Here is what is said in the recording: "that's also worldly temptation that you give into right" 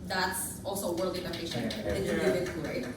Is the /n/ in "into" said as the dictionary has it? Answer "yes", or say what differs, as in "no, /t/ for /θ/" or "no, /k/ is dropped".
no, /n/ is dropped